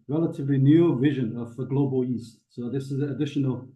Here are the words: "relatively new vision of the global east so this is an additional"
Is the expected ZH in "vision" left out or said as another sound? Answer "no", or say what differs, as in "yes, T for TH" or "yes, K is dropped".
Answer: no